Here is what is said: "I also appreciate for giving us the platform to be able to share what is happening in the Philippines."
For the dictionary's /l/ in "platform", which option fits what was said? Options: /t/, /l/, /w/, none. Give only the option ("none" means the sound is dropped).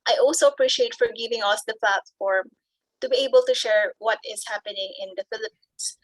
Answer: /l/